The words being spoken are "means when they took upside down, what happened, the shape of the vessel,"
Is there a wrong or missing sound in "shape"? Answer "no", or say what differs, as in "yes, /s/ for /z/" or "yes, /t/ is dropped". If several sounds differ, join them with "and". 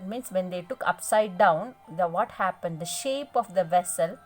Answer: no